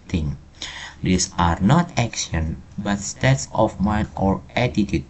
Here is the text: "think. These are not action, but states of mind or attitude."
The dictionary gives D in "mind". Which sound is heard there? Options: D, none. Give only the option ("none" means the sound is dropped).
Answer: none